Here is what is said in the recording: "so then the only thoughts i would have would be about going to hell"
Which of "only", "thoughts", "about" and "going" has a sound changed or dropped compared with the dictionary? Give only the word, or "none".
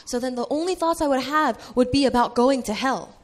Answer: none